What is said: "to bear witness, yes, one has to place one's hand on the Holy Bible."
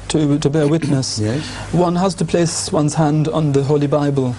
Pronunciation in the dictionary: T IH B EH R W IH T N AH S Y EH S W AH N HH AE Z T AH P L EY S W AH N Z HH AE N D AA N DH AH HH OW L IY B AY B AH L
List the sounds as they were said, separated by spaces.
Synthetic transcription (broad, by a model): T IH B EH R W IH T N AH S S W AH N HH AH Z T AH P L EY S W AH N Z HH AE N D N DH AH HH OW L IY B AY B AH L